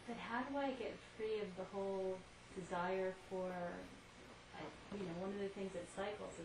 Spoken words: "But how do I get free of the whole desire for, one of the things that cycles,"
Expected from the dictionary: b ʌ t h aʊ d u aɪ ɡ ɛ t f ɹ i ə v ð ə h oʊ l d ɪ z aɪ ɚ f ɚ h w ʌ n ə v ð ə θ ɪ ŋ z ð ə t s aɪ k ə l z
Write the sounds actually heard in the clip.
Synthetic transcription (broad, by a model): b ʌ t h aʊ d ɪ aɪ ɡ ɛ t f ɹ i ə v ð ə h oʊ l d ɪ z aɪ ɚ f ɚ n w ʌ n ə v ð ə θ ɪ ŋ z ð ə t s aɪ k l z